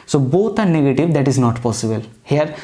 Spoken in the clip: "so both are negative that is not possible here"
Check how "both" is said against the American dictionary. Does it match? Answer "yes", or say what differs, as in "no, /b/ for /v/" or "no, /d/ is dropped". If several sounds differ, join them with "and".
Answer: no, /t/ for /θ/